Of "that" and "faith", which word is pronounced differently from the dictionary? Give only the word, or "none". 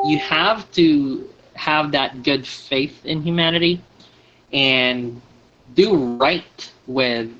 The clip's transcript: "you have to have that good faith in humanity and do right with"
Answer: none